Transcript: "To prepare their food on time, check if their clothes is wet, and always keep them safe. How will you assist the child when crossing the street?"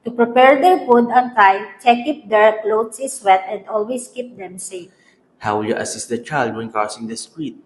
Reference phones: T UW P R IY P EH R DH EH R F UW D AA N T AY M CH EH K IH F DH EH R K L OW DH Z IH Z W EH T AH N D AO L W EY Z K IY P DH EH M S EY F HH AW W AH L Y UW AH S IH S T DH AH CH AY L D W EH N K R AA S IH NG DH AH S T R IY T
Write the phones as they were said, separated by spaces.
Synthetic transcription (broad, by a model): T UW P R IY P EH R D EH R F UW D AA N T AY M CH EH K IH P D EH R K L OW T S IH S W EH T AH N D AO L W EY S K IY P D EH M S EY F HH AW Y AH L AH S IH S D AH CH AY L D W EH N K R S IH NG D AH S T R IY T